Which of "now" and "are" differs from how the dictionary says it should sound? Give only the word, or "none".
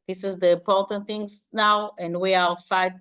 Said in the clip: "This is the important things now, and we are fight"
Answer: are